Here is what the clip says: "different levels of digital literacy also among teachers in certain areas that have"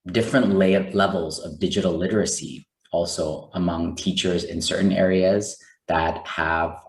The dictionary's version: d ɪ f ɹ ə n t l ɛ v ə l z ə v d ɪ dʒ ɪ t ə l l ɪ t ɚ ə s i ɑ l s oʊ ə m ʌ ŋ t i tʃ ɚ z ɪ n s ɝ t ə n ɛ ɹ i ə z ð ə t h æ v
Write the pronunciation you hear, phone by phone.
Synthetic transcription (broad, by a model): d ɪ f ɹ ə n t l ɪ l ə l z ə v d ɪ dʒ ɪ t l l ɪ t ɚ ə s i ɑ l s oʊ ə m ʌ ŋ t i tʃ ɚ z ɪ n s ɝ t n ɛ ɹ i ə z ð ə t h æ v